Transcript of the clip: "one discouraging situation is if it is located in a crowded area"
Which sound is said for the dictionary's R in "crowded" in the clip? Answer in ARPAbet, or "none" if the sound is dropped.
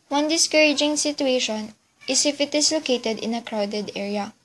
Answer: R